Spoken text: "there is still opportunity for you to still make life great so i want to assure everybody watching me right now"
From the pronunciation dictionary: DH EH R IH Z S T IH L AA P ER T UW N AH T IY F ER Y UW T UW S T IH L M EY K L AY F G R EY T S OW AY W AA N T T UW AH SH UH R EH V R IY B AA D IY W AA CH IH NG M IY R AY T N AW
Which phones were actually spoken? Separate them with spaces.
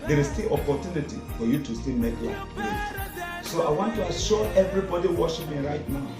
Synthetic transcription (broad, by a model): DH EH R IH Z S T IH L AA P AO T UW N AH T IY F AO Y UW T UW S T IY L M EY K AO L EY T S OW AY W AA N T T UW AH SH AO EH V R IY B AA D IY W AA SH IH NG M IY R AY T N AW